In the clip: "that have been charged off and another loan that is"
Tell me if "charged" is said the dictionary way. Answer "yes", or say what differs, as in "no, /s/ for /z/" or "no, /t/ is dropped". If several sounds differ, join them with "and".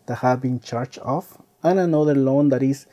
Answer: no, /d/ is dropped